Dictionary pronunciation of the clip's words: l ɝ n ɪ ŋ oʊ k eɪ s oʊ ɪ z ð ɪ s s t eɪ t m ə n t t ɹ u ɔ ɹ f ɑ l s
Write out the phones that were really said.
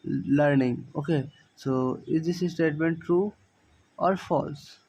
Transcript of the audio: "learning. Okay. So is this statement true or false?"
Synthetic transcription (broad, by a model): l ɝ n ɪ ŋ oʊ k eɪ s oʊ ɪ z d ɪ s s t eɪ t m ə n t t ɹ u ɔ ɹ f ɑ l s